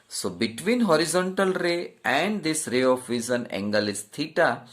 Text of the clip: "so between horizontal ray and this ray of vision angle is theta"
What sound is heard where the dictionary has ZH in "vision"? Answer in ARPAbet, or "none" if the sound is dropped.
Z